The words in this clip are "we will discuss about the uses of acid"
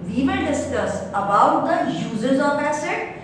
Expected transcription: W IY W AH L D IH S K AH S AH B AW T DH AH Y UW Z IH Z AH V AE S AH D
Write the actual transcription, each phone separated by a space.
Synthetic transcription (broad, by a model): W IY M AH N D IH S K AH S AH B AW T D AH Y UW Z IH Z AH P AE S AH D